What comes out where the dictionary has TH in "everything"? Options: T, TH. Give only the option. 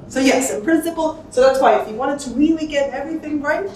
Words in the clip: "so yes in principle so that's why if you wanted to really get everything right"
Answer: TH